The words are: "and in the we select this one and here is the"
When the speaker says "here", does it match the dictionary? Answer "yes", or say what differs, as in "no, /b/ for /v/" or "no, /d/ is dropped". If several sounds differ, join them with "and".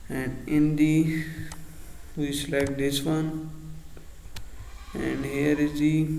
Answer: yes